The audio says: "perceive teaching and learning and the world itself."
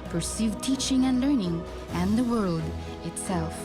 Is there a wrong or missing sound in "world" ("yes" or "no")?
no